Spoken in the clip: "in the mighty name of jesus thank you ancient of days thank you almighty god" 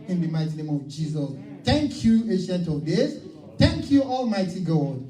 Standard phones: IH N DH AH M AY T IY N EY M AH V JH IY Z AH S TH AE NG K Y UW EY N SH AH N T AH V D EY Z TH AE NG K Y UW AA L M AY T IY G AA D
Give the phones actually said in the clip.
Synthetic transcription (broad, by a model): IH N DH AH M AY T IY N EY M AH V JH IY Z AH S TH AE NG K Y UW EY SH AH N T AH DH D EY S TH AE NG K Y UW AA L M AY T IY G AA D